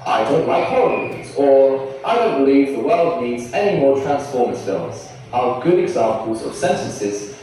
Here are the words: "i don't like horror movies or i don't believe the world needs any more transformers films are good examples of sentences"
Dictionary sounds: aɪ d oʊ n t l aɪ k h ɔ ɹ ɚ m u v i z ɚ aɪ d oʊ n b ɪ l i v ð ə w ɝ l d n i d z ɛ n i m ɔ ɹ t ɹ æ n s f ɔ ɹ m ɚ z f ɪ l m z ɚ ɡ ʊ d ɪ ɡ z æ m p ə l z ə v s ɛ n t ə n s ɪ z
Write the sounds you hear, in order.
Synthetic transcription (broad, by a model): aɪ d oʊ n t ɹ aɪ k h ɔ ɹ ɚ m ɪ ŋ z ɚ aɪ d oʊ n b ɪ l i v ð ə w ɝ l d n i d z ɛ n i m ɔ ɹ t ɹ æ n s f ɔ ɹ m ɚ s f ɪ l z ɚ ɡ ʊ d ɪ ɡ z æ m p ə l z ə v s ɛ n t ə n s ɪ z